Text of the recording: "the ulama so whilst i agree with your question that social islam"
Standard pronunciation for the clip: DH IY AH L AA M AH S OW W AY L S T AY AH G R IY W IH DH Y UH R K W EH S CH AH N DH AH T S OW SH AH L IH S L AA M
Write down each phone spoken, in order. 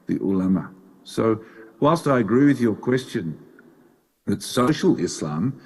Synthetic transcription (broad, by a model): DH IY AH L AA M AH S OW W AY L S T AY AH G R IY W IH DH Y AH R K W EH S CH AH N DH AH T S OW SH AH L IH S L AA M